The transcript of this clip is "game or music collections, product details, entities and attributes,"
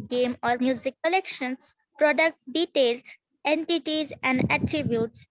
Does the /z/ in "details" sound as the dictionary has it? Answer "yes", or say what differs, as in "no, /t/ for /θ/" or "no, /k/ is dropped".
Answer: no, /s/ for /z/